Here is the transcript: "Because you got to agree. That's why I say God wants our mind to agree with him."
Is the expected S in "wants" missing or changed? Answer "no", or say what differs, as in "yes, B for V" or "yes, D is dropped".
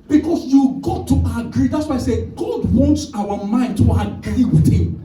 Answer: no